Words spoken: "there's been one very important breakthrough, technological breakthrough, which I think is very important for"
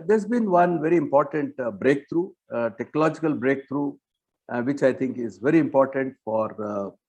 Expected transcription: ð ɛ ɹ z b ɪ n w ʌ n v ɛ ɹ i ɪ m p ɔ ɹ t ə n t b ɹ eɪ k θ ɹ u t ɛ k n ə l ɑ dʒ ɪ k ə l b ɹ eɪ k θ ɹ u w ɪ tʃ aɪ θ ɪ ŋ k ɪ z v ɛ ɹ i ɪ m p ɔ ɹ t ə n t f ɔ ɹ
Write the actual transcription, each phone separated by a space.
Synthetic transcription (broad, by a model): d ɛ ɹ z b ɪ n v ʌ n v ɛ ɹ i ɪ m p ɔ ɹ t ə n t b ɹ eɪ k t ɹ u t ɛ k n ə l ɑ dʒ ɪ k ə l b ɹ eɪ k t ɹ u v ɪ tʃ aɪ t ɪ ŋ k ɪ z v ɛ ɹ i ɪ m p ɔ ɹ t ə n t f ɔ ɹ